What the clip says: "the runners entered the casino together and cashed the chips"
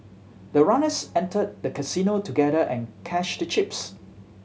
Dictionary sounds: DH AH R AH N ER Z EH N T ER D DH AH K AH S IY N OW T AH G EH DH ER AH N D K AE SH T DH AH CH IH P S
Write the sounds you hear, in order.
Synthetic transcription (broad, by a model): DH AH R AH N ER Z EH N T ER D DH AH K AH S IY N OW T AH G EH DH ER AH N K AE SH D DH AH CH IH P S